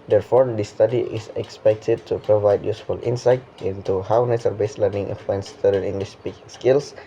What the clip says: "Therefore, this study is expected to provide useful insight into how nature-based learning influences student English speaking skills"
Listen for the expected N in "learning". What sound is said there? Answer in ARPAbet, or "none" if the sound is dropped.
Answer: N